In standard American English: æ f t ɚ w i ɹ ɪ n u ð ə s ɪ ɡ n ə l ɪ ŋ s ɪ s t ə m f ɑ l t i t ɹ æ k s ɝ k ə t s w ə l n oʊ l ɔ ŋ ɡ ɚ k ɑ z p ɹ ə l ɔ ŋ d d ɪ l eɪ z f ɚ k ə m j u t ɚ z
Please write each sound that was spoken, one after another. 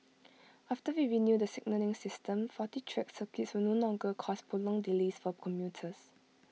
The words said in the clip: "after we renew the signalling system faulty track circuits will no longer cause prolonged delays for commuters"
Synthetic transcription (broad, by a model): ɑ f t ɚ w i ɹ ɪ n u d ə s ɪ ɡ n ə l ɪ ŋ s ɪ s t ə m f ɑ t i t ɹ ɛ k s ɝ k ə t s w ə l n oʊ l ɔ ŋ ɡ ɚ k ɑ s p ə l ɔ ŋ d d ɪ l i s f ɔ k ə m j u t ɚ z